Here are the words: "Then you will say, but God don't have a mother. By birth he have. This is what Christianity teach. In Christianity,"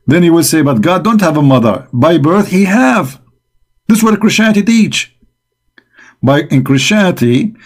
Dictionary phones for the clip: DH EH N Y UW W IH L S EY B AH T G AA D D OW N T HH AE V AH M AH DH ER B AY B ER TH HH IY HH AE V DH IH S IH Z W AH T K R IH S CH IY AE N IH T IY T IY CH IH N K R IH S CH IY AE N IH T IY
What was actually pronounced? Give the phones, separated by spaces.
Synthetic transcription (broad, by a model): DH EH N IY W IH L S EY B AH T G AA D D OW N T HH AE V AH M AH DH ER B AY B ER TH HH IY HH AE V DH IH S W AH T K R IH S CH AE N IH T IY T IY CH IH N K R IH S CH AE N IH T IY